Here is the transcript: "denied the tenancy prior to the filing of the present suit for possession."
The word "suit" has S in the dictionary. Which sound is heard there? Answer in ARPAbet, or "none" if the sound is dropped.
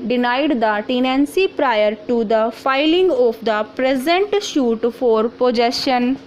SH